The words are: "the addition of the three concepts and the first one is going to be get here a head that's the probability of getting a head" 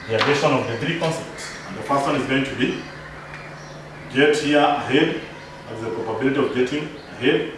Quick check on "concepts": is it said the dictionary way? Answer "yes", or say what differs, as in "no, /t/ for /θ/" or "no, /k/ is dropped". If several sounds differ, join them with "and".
yes